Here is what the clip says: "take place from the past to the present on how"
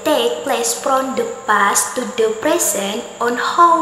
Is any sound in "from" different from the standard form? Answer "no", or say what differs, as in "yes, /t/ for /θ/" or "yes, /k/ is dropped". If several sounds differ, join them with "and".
yes, /p/ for /f/